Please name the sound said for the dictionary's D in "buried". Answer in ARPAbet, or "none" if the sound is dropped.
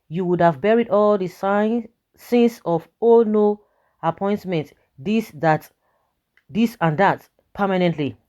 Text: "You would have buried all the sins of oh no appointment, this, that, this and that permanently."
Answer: D